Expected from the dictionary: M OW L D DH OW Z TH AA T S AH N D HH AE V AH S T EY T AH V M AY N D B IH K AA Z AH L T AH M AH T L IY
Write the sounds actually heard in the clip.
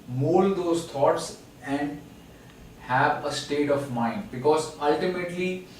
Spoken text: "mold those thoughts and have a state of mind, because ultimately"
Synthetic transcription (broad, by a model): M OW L D OW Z T AA T S AH N D HH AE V AH S T EY T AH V M AY N D B IH K AA Z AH L T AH M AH T L IY